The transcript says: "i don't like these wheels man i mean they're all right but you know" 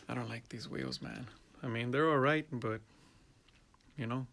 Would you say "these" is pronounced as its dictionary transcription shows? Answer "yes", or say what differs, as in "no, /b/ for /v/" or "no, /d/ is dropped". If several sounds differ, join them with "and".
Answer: yes